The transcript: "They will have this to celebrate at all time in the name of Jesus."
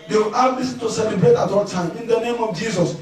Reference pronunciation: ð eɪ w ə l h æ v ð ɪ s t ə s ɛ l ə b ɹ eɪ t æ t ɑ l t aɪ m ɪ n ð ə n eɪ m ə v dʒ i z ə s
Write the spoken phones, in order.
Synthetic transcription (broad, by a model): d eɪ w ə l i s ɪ t ə s ɛ l ə b ɹ eɪ t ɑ t ɑ l t aɪ m ɪ n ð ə n eɪ m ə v dʒ i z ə s